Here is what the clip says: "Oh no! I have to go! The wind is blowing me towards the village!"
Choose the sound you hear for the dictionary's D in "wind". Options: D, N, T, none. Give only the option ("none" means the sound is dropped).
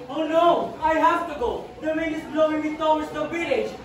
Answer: none